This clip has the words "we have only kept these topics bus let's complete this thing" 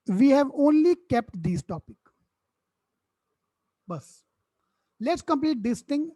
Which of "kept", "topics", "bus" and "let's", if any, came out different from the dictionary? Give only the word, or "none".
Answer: topics